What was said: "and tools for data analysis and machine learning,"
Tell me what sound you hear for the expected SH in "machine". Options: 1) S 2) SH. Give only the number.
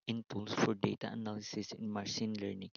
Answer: 1